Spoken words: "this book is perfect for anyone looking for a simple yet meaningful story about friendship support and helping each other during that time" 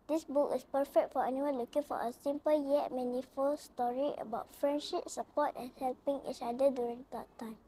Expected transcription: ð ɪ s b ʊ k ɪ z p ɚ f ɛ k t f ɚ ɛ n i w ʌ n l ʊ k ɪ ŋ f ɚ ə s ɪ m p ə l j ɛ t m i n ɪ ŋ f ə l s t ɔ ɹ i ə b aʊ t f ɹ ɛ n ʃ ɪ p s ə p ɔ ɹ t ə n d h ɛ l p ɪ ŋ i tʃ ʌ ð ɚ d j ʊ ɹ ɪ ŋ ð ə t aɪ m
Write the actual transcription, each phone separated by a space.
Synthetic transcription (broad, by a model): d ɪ s b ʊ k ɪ s p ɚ f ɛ k t f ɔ ɛ n i w ʌ n l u k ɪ ŋ f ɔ ə s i m p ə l j ɛ t m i n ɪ f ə l s t ɔ ɹ i ə b aʊ t f ɹ ɛ n ʃ ɪ p s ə p ɔ t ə n h ɛ l p ɪ ŋ i tʃ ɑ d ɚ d j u ɹ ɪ ŋ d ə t aɪ m